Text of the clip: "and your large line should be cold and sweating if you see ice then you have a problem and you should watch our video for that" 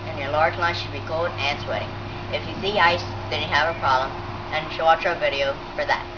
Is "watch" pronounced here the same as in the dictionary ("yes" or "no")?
no